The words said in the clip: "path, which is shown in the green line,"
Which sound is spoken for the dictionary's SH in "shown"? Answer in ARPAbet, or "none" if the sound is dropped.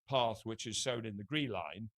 S